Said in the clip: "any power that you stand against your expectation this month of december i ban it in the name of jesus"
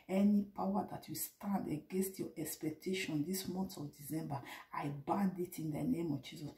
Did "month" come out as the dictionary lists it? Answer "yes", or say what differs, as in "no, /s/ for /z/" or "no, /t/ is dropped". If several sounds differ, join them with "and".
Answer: no, /s/ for /θ/